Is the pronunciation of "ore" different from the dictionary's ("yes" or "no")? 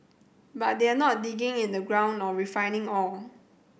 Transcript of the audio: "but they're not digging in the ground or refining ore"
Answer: yes